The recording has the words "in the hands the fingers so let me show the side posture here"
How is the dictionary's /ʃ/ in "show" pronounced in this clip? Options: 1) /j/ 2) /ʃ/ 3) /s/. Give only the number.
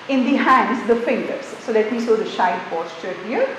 3